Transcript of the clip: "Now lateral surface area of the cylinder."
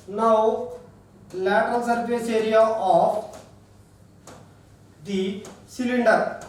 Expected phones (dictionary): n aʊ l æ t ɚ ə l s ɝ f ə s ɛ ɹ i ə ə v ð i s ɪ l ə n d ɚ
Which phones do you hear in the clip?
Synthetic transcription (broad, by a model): n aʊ l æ t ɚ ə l s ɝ p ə s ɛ ɹ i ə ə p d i s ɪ l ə n d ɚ